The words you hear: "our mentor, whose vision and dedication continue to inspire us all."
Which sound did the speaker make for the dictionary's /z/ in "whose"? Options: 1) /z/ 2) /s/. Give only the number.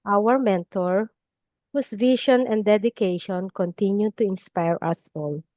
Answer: 2